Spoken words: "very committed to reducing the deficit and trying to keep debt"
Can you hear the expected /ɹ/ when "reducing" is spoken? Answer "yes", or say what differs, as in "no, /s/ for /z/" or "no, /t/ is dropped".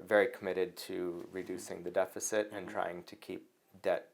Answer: yes